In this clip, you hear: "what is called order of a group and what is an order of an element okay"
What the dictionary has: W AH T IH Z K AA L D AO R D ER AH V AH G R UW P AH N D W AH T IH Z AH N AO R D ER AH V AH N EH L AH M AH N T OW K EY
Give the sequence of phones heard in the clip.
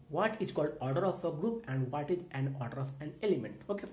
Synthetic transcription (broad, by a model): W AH T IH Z K AA L D AO R D ER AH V AH G R UW P AH N D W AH T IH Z AH N AO R D ER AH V AH N EH L AH M AH N T OW K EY